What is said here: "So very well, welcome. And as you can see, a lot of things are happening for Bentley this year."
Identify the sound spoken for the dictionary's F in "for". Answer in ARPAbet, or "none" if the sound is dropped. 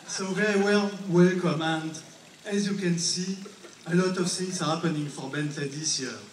F